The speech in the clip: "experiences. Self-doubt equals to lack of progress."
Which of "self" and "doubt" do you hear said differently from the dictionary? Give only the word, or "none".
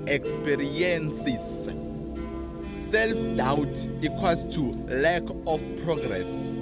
none